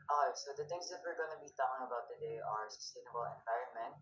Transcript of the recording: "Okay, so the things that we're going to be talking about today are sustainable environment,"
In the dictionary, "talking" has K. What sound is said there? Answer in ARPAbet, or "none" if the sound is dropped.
none